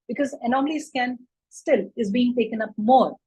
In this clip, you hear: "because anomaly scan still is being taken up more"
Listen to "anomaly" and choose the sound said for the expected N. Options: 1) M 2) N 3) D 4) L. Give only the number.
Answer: 2